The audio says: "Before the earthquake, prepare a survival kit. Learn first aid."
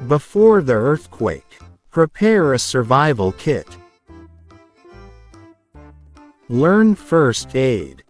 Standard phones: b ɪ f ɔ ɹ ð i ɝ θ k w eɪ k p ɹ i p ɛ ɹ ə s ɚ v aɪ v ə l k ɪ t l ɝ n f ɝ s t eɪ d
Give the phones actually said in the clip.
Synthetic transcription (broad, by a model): b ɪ f ɔ ɹ ð i ɝ θ k w eɪ k p ɹ i p ɛ ɹ ə s ɚ v aɪ v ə l k ɪ t l ɝ n f ɝ s t eɪ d